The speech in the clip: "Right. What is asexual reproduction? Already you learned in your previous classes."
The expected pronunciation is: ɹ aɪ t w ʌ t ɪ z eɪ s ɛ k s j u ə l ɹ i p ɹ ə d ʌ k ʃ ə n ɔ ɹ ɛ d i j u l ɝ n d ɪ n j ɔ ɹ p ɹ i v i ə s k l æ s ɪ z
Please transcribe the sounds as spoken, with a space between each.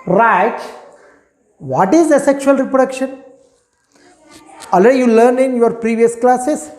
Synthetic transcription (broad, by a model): ɹ aɪ t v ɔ t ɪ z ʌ s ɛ k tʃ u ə l ɹ i p ɹ ə d ʌ k ʃ ə n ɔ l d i j u l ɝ n ɪ n j ɔ ɹ p ɹ i v i ə s k l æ s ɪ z